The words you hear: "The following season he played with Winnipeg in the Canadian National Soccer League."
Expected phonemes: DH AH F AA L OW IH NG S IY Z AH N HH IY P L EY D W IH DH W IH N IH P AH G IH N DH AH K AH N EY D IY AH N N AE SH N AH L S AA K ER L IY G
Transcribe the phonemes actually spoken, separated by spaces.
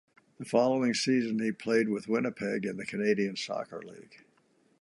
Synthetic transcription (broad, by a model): DH AH F AA L OW IH NG S IY Z AH N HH IY P L EY D W IH DH W IH N IH P AH G IH N DH AH K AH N EY D IY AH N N N S AA K ER L IY G